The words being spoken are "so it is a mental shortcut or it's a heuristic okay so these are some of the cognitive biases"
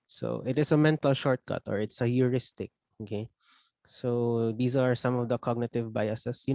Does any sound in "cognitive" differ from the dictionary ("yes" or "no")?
no